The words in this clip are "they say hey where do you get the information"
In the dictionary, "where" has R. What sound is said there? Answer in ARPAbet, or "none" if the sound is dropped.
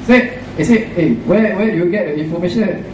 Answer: W